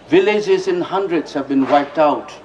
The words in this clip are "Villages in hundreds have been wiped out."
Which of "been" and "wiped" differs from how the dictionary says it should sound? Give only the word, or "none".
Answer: none